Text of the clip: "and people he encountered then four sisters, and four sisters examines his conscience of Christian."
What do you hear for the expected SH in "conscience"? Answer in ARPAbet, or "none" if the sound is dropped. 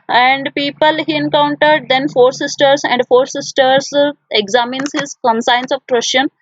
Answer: S